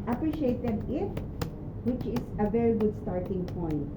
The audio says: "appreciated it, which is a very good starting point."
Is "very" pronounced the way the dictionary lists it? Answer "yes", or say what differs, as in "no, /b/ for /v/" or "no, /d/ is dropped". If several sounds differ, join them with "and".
yes